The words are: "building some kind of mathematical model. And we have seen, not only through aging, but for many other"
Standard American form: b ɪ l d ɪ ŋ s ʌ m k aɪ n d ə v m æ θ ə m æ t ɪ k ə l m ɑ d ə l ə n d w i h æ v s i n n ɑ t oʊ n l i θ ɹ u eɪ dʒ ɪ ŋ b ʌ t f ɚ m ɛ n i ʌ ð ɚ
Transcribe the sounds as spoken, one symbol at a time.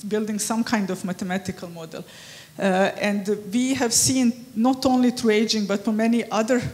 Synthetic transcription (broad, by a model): b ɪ l d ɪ ŋ s ʌ m k aɪ n d ə v m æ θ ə m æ t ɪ k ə l m ɑ d ə l ə n d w i h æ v s i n n ɑ t oʊ n l i t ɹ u eɪ dʒ ɪ ŋ b ʌ t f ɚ m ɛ n i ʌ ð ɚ